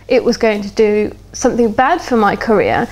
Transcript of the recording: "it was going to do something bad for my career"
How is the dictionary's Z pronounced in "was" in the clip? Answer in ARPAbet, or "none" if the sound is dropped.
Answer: Z